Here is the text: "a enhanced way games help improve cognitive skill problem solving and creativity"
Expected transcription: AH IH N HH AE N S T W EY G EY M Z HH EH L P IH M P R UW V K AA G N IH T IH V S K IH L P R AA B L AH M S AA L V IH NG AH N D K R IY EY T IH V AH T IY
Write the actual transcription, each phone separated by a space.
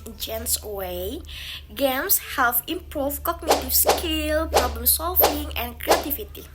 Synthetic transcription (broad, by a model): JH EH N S W EY G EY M S HH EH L F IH M P R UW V K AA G N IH T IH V S K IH L P R AA B L AH M S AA L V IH NG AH N K R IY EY T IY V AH T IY